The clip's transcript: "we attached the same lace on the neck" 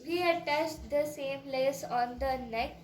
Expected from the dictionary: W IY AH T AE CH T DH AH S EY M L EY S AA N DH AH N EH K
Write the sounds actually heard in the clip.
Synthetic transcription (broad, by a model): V IY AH T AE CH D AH S EY M L EY S AA N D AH N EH K